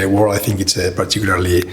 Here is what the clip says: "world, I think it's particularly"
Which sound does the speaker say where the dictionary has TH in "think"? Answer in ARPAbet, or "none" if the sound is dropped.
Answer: TH